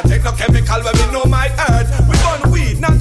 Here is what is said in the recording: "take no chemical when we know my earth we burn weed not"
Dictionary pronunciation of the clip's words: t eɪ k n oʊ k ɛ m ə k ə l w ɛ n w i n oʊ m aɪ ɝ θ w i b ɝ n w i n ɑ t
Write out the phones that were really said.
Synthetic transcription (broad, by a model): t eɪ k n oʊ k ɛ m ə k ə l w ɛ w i n oʊ m aɪ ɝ t w i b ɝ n w i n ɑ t